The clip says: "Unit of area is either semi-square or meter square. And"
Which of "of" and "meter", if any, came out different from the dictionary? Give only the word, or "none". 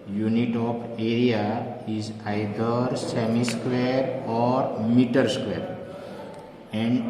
of